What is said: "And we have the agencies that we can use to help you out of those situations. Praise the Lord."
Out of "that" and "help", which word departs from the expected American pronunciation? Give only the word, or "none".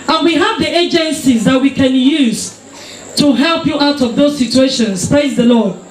none